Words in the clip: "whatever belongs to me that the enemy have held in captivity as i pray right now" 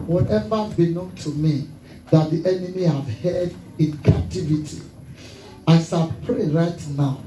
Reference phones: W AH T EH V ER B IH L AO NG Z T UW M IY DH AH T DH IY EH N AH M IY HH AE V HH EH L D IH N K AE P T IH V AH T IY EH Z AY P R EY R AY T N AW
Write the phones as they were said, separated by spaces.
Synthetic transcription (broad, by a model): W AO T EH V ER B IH N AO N T UW M IY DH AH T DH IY EH N AH M IY HH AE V HH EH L D IH N K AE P T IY V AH T IY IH S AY P R EY R AY T N AW